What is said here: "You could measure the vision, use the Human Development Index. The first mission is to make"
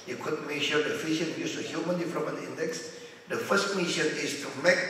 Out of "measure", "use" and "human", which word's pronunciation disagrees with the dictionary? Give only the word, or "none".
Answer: measure